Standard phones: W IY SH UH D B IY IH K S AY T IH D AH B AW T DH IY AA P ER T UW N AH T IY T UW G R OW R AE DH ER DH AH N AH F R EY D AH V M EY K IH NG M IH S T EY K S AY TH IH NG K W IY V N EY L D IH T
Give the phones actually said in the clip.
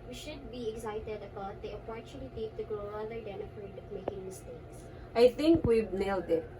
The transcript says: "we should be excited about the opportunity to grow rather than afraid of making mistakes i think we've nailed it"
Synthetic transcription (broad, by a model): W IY SH UH D B IY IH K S AY T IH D AH B AW T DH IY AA P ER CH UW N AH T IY T UW G R OW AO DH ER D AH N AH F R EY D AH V M EY K IH NG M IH S T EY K S AY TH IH NG K W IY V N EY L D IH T